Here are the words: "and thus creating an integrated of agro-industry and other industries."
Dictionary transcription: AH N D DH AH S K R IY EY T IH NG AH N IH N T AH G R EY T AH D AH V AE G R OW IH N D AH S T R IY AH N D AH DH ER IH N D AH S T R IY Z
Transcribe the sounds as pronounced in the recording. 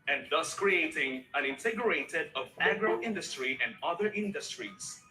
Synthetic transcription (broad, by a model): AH N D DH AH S K R IY EY T IH NG AH N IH N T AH G R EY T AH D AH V AE G R OW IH N D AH S T R IY AH N D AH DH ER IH N D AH S T R IY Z